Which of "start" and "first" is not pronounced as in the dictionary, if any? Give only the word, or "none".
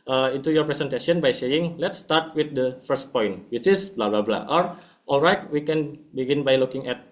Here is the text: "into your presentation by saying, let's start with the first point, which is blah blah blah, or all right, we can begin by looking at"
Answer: none